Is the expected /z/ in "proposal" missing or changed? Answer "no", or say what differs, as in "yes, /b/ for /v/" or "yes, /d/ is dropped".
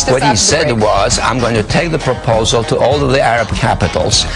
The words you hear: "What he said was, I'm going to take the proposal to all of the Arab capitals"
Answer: no